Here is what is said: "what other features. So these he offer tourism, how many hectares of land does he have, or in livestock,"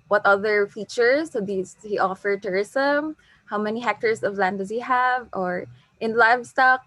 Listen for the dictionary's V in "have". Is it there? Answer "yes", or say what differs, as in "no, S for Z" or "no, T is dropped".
yes